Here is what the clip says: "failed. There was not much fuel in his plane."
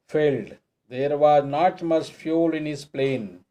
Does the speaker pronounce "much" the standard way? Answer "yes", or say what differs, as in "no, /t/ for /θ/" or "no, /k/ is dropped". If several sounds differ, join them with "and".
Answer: no, /s/ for /tʃ/